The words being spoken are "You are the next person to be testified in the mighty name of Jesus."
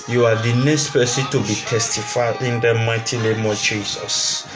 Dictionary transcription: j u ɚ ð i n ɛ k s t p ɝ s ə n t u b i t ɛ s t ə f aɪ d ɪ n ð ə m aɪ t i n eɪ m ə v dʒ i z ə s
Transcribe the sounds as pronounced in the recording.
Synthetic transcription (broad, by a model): j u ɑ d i n ɛ k s t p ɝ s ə t u b i t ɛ s t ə f aɪ ɪ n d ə m aɪ t i l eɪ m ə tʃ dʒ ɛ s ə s